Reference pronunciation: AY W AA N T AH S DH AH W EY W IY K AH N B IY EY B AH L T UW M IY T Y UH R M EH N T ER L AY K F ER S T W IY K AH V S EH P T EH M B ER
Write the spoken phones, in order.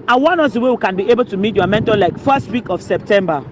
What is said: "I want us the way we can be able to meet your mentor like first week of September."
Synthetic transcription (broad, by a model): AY W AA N AO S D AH W EY W IY K AH N B IY EY B AH L T UW M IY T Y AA M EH N T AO L AY K F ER S T W IY K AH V S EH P T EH M B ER